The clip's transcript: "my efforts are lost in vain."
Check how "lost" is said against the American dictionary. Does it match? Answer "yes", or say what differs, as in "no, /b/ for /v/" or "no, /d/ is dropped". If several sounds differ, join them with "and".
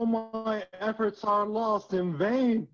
yes